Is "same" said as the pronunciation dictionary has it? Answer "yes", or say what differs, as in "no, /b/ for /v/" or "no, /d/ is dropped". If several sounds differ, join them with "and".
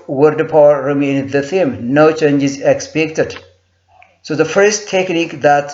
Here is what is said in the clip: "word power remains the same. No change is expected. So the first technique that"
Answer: no, /θ/ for /s/